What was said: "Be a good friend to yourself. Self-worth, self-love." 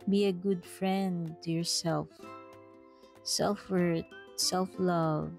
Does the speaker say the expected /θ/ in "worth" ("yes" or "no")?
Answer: no